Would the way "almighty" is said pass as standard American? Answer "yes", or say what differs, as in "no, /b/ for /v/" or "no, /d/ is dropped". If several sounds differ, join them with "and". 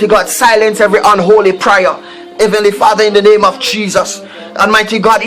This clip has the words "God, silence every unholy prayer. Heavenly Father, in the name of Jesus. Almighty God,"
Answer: no, /l/ is dropped